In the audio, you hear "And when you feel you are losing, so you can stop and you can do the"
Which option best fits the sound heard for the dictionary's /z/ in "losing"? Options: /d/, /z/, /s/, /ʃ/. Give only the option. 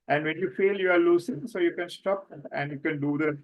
/s/